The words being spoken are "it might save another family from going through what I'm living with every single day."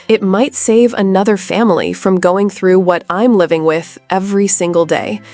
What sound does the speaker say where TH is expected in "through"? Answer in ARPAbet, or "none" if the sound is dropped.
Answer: TH